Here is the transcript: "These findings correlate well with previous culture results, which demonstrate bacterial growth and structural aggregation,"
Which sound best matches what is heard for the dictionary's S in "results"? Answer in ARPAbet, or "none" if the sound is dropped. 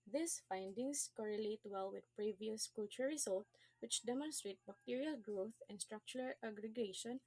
none